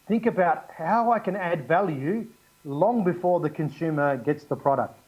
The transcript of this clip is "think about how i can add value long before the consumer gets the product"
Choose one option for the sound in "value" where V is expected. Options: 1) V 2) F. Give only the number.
1